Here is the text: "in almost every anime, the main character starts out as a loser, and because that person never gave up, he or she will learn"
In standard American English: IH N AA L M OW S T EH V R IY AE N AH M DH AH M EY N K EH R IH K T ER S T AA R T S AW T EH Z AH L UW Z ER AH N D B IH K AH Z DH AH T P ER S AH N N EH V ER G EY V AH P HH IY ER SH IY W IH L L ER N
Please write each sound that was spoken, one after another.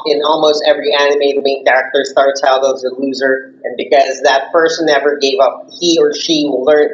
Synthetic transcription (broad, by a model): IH N AA L M OW S T EH V R IY AE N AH M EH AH M EY N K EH R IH K T ER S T AA R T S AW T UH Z AH L UW Z ER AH N B IH K AH Z DH AH T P ER S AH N N EH V ER G EY V AH P HH IY ER SH IY W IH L L ER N